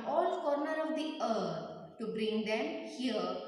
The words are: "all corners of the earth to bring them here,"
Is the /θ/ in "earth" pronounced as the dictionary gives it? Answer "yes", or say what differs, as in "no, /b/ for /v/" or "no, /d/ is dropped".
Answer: no, /t/ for /θ/